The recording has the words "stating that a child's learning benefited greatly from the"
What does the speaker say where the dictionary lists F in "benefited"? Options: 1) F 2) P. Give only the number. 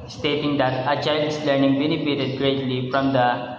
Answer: 2